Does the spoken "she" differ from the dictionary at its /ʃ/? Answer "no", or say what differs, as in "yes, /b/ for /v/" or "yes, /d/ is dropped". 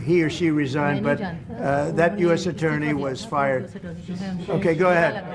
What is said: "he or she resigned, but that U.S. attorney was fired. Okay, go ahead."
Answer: no